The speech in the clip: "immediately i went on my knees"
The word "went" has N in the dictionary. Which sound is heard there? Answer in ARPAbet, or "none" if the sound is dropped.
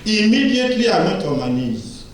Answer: none